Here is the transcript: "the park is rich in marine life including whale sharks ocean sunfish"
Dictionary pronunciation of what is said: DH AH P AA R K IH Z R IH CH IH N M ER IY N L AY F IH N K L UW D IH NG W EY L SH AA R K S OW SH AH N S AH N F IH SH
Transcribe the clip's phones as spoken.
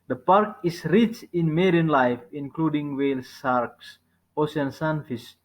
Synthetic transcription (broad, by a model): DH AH P AA R K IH S R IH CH IH N M ER IY N L AY F IH N K L UW D IH NG W EY L S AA R K S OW S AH N S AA N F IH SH